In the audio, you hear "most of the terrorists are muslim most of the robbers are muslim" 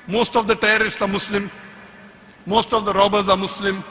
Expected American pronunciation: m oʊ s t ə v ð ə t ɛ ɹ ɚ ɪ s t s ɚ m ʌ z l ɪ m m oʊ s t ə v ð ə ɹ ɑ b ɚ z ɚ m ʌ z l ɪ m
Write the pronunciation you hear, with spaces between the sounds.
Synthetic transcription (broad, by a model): m oʊ s t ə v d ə t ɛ ɚ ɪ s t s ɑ m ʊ s l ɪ m m oʊ s t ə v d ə ɹ ɑ b ɚ z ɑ m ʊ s l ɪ m